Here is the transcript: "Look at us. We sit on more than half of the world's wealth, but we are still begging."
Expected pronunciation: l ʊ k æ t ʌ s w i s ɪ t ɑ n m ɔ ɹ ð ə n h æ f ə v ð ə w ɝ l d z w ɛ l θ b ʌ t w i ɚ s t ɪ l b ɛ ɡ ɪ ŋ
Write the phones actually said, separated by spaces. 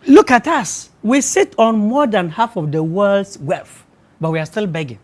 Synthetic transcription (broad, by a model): l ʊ k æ t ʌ s w i s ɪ t ɑ n m ɔ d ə n h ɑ f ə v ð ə w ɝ l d s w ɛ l f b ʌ t w i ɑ s t ɪ l b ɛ ɡ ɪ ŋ